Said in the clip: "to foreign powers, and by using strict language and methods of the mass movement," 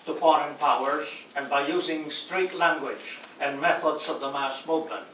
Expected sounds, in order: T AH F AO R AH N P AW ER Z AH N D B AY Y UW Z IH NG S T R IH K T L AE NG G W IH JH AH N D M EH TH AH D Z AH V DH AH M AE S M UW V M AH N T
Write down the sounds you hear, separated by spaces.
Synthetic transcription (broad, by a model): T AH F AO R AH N P AW ER Z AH N B AY Y UW Z IH NG S T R IH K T L AE NG G W IH JH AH N M EH TH AH D Z AH V DH AH M AE S M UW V M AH N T